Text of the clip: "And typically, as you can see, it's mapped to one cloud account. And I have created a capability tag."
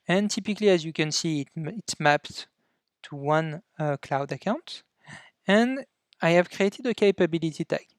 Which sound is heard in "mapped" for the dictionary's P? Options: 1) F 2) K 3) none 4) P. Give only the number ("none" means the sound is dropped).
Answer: 4